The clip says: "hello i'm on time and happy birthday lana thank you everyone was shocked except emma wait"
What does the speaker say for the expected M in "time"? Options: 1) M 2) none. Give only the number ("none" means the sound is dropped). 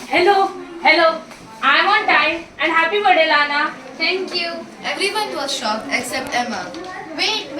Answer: 2